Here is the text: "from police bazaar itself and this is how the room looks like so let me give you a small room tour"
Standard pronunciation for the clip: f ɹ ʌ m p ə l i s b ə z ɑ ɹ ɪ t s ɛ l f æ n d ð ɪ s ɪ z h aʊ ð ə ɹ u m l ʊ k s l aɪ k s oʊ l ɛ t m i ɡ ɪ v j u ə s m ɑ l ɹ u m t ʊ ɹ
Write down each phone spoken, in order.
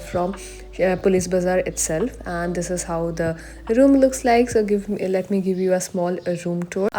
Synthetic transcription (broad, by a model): f ɹ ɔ m p ə l i s b ə z ɑ ɹ ɪ t s ɛ l f æ n d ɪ s ɪ z h aʊ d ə ɹ u m l ʊ k s l aɪ k s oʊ l ɛ t m i ɡ ɪ v j u ə s m ɑ l ɹ u m t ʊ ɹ